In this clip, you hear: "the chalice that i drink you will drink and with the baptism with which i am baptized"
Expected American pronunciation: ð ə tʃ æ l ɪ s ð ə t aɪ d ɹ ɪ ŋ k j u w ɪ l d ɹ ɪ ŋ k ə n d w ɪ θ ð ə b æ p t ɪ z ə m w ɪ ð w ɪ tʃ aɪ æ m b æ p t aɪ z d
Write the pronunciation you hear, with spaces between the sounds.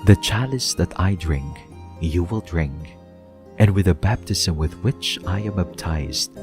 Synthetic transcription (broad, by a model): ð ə tʃ æ l ɪ s ð ə t aɪ d ɹ ɪ ŋ k j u w ɪ l d ɹ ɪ ŋ k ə n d w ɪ ð ə b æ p t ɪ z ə m w ɪ ð w ɪ tʃ aɪ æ m b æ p t aɪ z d